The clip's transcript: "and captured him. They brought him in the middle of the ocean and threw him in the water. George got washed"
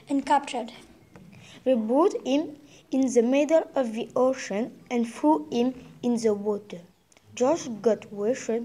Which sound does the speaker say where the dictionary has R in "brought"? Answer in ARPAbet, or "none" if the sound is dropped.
none